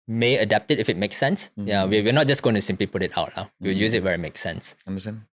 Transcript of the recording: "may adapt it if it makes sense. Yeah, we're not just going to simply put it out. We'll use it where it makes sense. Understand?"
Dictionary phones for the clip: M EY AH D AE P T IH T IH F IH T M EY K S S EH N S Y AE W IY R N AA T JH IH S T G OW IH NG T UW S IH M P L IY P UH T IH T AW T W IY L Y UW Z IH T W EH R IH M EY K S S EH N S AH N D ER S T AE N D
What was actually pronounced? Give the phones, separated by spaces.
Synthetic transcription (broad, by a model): M EY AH D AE P T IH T IH F IH T M EY K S S EH N S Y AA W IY W N AA T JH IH S G OW IH NG T UW S IH M P L IY P UH T IH T AW T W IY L Y UW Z IH T W EH R IH M EY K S S EH N S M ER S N